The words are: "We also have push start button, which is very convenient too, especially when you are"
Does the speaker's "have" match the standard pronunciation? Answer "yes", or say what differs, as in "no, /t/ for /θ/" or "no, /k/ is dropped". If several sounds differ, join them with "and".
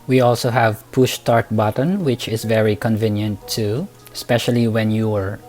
yes